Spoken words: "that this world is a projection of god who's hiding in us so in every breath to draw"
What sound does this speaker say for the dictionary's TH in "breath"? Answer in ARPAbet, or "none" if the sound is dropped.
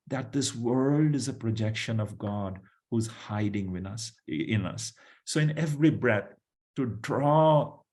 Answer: T